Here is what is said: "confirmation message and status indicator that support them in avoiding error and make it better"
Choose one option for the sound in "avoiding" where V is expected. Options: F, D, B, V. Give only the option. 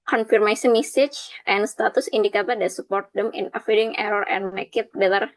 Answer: F